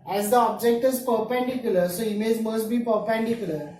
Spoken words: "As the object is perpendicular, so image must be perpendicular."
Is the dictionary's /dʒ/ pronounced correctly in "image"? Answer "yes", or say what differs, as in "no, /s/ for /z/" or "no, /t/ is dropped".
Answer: no, /z/ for /dʒ/